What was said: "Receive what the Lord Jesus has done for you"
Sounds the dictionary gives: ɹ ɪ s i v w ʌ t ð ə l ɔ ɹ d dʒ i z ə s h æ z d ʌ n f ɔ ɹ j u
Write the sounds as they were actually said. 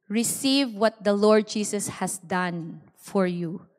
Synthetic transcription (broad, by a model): ɹ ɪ s i v w ʌ t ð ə l ɔ ɹ d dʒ i s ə s h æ s d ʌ n f ɔ ɹ j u